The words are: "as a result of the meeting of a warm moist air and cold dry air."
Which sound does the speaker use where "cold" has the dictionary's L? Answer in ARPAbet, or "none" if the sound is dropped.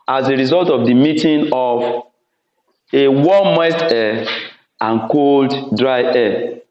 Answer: L